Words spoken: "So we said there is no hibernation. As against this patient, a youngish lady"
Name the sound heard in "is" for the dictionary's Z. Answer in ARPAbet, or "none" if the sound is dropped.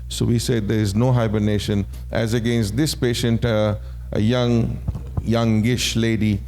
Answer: Z